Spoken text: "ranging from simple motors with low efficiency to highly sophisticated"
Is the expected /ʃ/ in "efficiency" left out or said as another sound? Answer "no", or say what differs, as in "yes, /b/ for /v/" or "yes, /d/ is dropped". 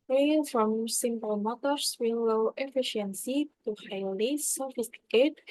no